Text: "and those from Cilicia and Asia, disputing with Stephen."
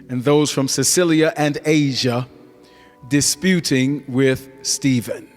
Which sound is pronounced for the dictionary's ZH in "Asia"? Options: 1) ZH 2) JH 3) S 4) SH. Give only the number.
1